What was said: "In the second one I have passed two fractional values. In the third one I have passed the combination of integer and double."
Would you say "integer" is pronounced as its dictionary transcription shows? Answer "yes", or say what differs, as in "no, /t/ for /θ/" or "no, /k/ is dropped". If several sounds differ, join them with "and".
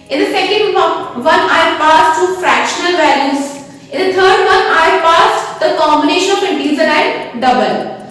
no, /z/ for /dʒ/